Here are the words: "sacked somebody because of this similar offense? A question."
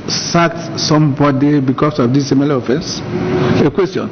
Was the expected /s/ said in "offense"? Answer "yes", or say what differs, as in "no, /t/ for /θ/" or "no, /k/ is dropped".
yes